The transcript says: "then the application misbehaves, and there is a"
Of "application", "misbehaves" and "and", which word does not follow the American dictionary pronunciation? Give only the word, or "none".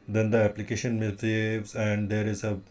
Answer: misbehaves